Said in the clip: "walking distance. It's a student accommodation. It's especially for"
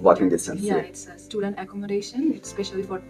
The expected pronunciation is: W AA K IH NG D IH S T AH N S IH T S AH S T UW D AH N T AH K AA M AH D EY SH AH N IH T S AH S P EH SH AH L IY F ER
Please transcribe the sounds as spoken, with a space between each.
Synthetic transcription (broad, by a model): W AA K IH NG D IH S S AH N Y IH T S AH S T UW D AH N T AH K AA M AH D EY SH AH N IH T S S P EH SH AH L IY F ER